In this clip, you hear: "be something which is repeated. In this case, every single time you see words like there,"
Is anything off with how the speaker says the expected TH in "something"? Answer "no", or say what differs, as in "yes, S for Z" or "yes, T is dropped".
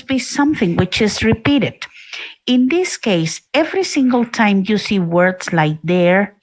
no